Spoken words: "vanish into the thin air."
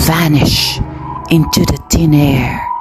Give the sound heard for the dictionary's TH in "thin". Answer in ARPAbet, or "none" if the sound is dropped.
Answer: T